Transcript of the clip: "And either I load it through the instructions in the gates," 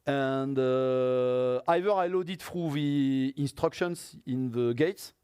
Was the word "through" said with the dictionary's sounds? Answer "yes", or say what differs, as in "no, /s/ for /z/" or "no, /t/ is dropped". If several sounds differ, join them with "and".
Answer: no, /f/ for /θ/